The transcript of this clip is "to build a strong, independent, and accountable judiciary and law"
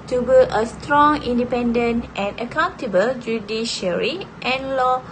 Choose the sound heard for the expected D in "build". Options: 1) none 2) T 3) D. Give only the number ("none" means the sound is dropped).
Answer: 1